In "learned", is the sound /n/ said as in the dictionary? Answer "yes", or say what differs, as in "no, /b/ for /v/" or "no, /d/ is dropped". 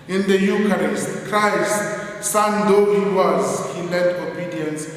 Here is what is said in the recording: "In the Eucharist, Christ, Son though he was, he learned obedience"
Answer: no, /n/ is dropped